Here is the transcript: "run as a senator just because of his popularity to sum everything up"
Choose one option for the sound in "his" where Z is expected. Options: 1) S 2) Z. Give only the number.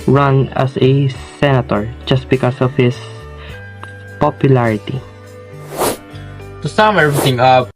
1